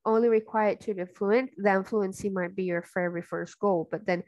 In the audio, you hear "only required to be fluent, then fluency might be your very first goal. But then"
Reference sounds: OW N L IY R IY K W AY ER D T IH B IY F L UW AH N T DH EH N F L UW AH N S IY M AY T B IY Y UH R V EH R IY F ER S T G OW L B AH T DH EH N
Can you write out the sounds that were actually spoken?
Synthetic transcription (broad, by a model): OW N L IY R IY K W AY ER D T IH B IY F L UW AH N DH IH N F L UW AH N S IY M AY T B IY Y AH R F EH R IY F ER S T G OW L B AH T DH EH N